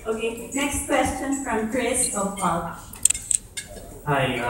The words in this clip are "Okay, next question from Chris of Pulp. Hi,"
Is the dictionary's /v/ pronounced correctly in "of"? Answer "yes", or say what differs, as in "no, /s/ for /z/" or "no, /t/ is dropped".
no, /p/ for /v/